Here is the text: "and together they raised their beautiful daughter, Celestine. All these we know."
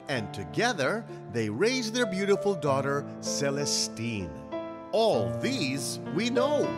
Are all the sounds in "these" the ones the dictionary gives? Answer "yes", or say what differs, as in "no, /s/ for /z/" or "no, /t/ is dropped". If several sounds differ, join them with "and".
yes